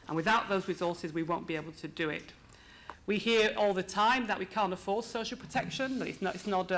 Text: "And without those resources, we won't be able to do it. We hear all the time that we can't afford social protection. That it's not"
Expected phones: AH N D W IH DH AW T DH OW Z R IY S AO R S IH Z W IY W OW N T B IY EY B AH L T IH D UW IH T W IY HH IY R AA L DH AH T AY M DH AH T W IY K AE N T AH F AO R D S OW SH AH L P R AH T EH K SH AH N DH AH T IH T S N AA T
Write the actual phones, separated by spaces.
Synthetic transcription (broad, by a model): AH N W IH DH AW T DH OW Z R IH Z AO R S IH Z W IY W OW N B IY EY B AH L T IH D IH IH T W IY HH IY R AA L DH AH T AY M DH AH T W IY K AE N T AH F AO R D S OW SH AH L P R AH T EH K SH AH N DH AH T IH T S N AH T